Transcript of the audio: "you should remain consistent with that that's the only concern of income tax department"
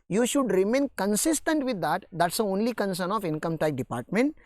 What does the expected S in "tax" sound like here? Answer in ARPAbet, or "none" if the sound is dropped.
none